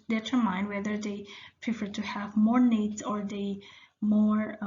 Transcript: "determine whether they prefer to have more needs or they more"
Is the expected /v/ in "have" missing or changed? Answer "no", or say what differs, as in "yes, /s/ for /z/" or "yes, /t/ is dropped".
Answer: no